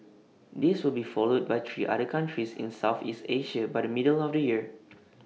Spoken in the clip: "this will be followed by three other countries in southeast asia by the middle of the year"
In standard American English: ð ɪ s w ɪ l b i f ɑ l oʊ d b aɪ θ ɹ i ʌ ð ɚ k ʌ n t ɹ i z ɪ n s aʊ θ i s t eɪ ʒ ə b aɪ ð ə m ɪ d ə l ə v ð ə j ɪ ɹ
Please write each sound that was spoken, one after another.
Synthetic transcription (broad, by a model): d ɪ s w ɪ l b i f ɑ l oʊ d b aɪ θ ɹ i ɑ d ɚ k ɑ n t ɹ i s ɪ n s aʊ θ i s t eɪ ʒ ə b aɪ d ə m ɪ d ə l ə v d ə j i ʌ